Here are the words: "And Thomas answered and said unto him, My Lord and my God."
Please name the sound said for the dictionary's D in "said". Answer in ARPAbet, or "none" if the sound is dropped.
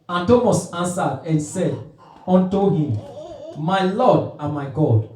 D